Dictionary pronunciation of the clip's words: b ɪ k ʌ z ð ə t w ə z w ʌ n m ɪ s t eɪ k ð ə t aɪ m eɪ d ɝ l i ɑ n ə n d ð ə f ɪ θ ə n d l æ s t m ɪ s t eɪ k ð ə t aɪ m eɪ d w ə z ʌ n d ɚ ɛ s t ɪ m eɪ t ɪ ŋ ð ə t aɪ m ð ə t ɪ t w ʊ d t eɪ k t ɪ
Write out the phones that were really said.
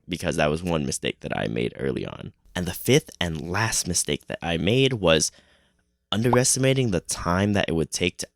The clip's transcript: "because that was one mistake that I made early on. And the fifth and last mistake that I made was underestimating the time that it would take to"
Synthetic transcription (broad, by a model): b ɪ k ʌ z ð ə t w ə z w ʌ n m ɪ s t eɪ k ð ə t aɪ m eɪ d ɝ l i ɑ n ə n ð ə f ɪ θ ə n l æ s t m ɪ s t eɪ k ð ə t aɪ m eɪ d w ə z ʌ n d ɚ ɛ s t ɪ m eɪ t ɪ ŋ ð ə t aɪ m ð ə t ɪ t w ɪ d t eɪ k t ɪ